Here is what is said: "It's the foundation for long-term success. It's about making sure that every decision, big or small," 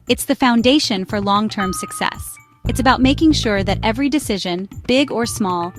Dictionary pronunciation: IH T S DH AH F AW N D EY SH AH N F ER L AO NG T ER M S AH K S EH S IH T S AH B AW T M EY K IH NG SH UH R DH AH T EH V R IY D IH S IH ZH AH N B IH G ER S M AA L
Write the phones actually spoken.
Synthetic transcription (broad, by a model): IH T S DH AH F AW N D EY SH AH N F ER L AO NG T ER M S AH K S EH S IH T S AH B AW T M EY K IH NG SH UH R DH AH T EH V R IY D IH S IH ZH AH N B IH G ER S M AA L